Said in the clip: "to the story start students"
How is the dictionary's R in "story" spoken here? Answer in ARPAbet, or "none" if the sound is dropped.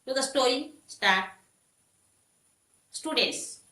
none